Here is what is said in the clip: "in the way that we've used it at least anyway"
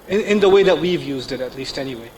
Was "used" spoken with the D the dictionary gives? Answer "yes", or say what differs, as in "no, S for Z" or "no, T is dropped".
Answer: yes